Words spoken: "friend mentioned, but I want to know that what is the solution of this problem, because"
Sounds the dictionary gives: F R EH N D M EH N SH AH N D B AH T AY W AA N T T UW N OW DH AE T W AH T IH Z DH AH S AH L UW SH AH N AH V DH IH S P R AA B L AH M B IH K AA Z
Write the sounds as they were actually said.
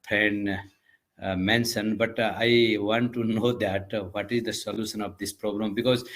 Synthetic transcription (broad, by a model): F R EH N D M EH N S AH N B AH T AY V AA N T T UW N OW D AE T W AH T IH Z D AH S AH L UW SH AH N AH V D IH S P R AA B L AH M B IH K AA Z